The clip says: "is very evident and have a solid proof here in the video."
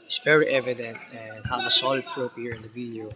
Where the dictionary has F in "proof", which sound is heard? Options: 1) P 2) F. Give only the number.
1